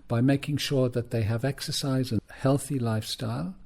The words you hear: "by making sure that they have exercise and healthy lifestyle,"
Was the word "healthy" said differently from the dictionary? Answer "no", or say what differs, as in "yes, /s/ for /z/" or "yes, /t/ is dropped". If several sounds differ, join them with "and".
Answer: no